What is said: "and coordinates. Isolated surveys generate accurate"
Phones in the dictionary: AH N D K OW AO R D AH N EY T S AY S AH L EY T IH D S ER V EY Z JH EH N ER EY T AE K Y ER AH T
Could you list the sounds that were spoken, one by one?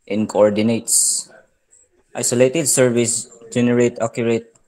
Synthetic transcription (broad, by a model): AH N K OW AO R D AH N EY T S AY S AH L EY T IH D S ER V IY S JH EH N ER EY T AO K Y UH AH T